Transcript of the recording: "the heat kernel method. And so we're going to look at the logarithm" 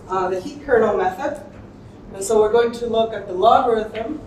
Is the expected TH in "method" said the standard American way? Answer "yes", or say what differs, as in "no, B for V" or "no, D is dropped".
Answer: yes